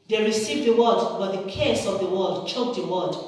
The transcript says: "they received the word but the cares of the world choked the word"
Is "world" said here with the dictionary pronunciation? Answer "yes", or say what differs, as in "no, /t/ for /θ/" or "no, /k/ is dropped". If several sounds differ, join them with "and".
no, /l/ is dropped